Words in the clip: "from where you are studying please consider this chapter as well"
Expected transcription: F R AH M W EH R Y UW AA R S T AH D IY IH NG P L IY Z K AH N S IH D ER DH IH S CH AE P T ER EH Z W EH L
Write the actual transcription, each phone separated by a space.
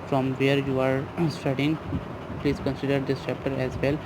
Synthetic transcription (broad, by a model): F R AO M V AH R Y UW AA R S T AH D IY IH NG P L IY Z K AH N S IH D ER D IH S SH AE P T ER EH Z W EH L